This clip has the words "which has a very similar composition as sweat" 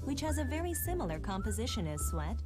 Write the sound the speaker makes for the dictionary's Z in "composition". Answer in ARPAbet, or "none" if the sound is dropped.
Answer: Z